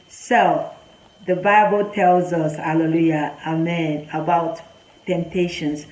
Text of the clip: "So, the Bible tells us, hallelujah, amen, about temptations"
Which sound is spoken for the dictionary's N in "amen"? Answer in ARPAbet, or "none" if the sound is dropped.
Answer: N